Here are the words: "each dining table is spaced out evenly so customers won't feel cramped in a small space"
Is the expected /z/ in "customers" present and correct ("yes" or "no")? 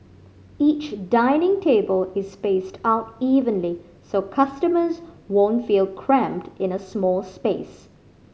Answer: yes